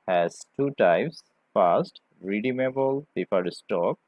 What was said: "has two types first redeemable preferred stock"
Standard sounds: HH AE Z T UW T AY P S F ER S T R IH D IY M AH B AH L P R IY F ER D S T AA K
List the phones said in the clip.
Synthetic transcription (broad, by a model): HH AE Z T UW T AY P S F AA S T R IH D IY M AH B AH L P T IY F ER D S T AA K